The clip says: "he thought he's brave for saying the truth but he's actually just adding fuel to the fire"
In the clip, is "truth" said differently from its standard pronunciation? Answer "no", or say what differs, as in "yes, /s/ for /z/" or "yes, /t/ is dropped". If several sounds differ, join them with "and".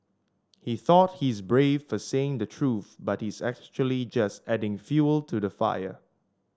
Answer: no